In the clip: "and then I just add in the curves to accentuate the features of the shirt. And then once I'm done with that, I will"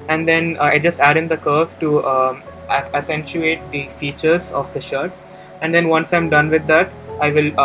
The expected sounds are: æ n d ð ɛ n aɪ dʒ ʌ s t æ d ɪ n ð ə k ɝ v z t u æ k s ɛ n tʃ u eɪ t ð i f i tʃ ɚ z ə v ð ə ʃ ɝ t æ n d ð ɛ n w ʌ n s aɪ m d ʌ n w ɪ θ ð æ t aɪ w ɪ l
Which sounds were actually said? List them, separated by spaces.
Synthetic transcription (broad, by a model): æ n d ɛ n aɪ dʒ ʌ s t æ d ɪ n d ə k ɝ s t u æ s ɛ n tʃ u eɪ t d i f i tʃ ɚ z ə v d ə ʃ ɝ t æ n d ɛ n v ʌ n s aɪ m d ʌ n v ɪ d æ t aɪ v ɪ l